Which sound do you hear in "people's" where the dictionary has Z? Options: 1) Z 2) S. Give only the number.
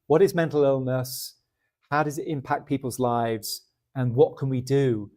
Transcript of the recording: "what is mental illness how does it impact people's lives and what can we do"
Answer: 1